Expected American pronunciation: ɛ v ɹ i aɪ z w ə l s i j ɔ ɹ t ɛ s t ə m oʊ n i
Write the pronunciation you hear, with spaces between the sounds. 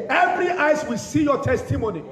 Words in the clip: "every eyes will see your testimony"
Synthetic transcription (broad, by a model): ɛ v ɹ i aɪ s w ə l s i j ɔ t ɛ s t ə m oʊ n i